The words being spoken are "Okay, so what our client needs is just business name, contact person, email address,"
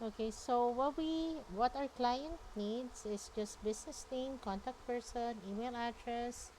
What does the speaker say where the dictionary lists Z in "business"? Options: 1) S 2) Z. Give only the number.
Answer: 1